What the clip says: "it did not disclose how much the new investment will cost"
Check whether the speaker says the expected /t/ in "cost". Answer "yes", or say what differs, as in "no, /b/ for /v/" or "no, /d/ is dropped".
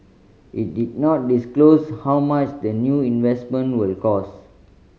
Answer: no, /t/ is dropped